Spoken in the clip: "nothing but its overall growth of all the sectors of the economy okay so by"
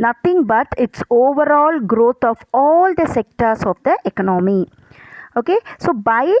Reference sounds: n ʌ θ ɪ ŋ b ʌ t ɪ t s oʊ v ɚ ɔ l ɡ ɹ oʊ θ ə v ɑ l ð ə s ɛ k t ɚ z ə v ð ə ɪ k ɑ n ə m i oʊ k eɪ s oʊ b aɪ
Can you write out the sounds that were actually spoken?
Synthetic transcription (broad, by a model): n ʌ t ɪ ŋ b ʌ t ɪ t s oʊ v ɚ ɔ l ɡ ɹ oʊ t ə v ɑ l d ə s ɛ k t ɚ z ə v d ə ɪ k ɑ n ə m i oʊ k eɪ s oʊ b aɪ